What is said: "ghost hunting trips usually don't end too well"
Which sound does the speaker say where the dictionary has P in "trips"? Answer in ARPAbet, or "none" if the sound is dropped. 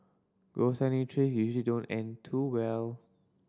none